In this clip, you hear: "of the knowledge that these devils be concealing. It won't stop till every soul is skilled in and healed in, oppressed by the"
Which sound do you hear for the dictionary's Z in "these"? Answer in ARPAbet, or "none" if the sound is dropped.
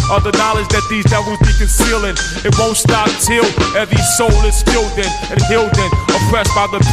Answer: Z